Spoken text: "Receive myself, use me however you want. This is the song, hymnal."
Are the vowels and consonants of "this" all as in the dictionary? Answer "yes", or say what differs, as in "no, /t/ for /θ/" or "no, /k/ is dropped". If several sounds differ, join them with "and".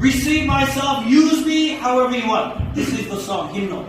yes